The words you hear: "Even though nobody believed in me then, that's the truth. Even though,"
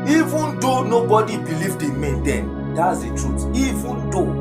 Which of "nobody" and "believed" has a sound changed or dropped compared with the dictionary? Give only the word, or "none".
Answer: none